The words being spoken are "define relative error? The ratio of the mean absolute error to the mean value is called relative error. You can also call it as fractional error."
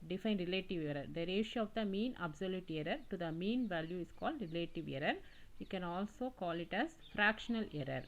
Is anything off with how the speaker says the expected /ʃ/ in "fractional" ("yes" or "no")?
no